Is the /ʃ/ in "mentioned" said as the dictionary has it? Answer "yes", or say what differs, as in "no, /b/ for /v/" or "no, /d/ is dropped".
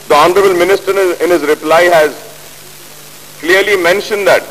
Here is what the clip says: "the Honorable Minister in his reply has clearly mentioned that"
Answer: yes